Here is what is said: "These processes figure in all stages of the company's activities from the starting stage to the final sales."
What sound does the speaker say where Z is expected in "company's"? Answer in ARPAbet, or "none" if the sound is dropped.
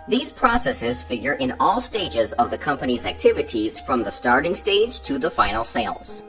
Z